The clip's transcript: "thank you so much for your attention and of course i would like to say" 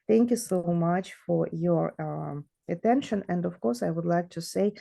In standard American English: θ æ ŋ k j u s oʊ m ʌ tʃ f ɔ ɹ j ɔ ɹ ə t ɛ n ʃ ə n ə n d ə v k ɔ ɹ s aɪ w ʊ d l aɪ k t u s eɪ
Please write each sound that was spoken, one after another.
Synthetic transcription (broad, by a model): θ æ ŋ k j u s oʊ m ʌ tʃ f ɔ ɹ j ɔ ɹ ə t ɛ n ʃ ə n ə n d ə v k ɔ ɹ s aɪ w ʊ d l aɪ k t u s eɪ